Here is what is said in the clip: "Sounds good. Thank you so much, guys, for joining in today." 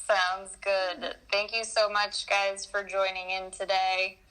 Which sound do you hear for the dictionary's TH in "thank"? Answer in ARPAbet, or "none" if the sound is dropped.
TH